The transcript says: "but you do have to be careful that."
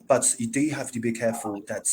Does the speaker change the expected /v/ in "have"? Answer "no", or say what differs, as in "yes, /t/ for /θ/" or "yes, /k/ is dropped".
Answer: yes, /f/ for /v/